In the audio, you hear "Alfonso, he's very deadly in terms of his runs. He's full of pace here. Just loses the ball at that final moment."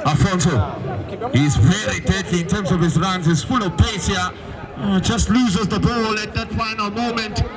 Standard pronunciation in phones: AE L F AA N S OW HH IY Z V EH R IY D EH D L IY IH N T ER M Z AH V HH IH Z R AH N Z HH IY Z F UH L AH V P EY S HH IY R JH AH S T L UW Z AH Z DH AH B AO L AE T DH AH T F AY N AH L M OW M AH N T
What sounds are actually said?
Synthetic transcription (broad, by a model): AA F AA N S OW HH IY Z V EH R IY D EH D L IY IH N T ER M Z AH V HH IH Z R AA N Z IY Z F UH L AH V P EY S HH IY JH AH S T L UW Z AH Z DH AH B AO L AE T DH AH T F AY N AH L M OW M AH N T